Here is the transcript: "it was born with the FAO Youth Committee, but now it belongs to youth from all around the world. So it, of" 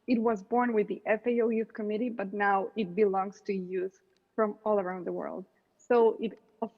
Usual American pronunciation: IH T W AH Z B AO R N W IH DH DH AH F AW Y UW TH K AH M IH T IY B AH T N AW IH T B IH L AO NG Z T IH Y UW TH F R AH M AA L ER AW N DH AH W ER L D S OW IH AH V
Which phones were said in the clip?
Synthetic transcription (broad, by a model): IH T W AH Z B AO R N W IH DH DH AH F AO Y UW TH K AH M IH T IY B AH T N AW IH T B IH L AO NG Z T IH Y UW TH F R AH M AA L ER AW N DH AH W ER L D S OW IH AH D